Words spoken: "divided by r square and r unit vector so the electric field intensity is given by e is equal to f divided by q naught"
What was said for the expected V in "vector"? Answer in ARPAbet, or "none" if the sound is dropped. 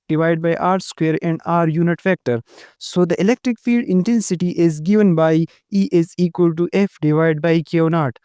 F